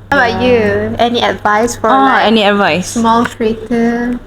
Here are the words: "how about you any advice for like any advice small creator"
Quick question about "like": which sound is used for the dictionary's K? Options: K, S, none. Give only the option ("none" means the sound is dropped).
none